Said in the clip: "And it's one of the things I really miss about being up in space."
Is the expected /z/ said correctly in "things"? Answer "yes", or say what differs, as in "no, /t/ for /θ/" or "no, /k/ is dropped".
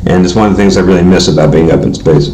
yes